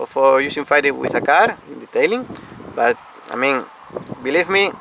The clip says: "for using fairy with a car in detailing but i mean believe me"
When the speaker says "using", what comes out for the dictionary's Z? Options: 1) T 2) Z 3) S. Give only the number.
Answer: 3